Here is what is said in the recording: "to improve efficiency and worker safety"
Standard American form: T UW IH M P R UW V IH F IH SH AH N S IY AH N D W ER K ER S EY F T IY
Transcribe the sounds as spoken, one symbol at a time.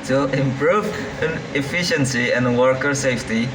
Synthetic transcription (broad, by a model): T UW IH M P R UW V IH F IH SH AH N S IY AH N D W ER K ER S EY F T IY